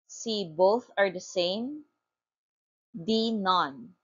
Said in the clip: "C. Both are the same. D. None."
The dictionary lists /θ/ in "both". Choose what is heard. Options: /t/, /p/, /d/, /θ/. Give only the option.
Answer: /θ/